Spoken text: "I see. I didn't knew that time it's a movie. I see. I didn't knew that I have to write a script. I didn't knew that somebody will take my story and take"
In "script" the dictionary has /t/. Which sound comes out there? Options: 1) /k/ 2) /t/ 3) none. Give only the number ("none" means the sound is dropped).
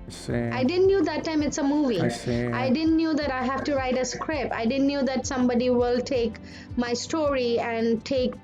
3